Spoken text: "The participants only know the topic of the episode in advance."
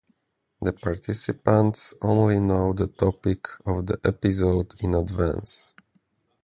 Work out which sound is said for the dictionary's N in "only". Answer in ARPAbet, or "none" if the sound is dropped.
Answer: N